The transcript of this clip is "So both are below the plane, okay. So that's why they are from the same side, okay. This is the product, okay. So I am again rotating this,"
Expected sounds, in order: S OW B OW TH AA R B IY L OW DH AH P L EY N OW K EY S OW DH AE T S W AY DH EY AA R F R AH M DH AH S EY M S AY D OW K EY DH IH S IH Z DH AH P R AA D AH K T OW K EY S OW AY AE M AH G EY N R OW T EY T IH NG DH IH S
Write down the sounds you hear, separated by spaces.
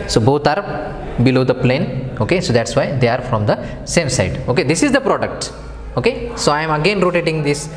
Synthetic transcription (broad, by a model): S OW B OW T AA R B IY L OW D AH P L EY N OW K EY S OW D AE T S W AY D EY AA R F R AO M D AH S EY M S AY D OW K EY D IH S IH Z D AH P R AA D AH K T OW K EY S OW AY M AH G EY N R OW T EY T IH NG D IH S